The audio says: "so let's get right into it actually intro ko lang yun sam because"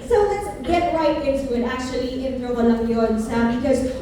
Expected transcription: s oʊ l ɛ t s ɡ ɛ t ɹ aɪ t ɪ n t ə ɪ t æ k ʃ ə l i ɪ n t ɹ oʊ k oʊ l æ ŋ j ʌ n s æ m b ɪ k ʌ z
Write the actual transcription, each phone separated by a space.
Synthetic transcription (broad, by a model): s oʊ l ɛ t s ɡ ɛ t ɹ aɪ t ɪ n s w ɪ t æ k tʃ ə l i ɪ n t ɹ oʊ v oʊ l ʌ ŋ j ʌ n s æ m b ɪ k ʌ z